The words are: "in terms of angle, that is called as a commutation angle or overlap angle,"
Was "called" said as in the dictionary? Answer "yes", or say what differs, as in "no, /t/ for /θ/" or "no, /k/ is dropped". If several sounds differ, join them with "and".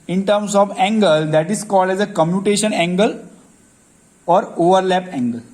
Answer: yes